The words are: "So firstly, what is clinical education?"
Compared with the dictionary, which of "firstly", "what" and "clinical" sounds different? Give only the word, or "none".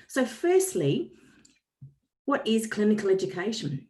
none